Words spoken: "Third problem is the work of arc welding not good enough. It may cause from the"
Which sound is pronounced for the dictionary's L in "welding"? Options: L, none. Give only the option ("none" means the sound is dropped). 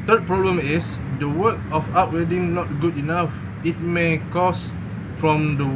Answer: none